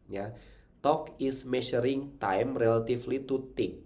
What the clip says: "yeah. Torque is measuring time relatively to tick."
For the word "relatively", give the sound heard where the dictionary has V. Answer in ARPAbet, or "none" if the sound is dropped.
F